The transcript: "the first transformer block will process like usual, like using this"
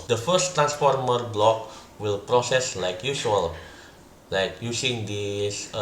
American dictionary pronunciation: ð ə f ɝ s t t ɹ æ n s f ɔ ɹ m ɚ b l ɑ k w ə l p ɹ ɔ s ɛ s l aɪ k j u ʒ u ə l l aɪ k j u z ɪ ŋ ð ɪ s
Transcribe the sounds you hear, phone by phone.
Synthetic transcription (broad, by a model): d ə f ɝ s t t ɹ æ n s f ɔ ɹ m ɚ b l ɑ k w ə l p ɹ ɔ s ɛ s l aɪ k j u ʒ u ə l l aɪ k j u s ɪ ŋ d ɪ s